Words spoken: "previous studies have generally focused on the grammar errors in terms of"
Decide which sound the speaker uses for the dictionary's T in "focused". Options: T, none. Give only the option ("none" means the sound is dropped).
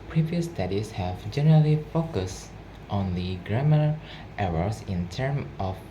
T